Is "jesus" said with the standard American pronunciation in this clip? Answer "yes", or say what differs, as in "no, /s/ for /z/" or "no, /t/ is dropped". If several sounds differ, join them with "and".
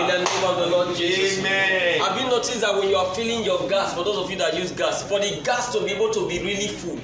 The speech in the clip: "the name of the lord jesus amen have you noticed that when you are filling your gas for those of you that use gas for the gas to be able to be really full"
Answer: no, /s/ is dropped